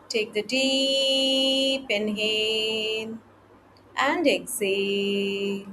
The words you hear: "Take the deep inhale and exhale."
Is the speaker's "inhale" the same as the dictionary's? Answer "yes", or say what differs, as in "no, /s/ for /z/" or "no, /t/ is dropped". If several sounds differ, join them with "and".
no, /n/ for /l/